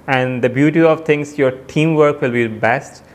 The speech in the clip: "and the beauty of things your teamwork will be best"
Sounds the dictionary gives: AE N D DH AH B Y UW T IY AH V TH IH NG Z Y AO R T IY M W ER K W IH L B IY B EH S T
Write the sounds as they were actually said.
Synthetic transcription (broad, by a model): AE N D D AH B Y UW T IY AH V T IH NG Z Y AO R T IY M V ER K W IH L B IY B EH S T